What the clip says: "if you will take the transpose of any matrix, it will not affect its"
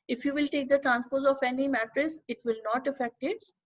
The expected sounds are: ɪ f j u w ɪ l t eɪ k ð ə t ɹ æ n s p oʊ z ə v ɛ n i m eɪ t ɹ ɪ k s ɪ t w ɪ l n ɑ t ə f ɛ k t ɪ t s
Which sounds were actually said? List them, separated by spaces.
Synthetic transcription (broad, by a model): ɪ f j u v ɪ l t eɪ k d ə t ɹ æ n s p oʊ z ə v ɛ n i m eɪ t ɹ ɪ s ɪ t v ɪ l n ɑ t ə f ɛ k t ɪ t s